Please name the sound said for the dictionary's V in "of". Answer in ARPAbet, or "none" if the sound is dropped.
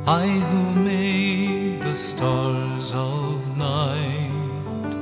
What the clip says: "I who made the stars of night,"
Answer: V